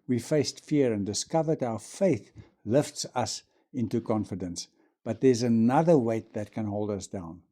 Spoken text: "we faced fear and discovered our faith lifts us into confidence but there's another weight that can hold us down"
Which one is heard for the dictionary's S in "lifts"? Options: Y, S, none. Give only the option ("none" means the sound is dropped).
S